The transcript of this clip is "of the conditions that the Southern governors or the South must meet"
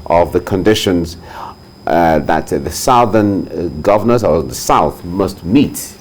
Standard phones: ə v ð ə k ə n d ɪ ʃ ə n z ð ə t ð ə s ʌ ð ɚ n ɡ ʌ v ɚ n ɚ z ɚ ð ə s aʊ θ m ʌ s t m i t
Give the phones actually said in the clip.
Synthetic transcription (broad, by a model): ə v ð ə k ə n d ɪ ʃ ə n z ð ə t ð ə s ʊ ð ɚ n ɡ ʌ v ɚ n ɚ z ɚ ð ə s aʊ θ m ʌ s t m i t